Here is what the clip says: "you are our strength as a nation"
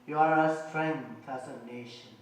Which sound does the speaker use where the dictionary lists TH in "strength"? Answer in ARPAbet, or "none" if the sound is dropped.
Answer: F